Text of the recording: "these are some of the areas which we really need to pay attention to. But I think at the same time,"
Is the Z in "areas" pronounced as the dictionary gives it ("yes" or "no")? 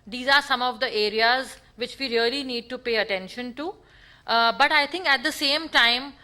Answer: yes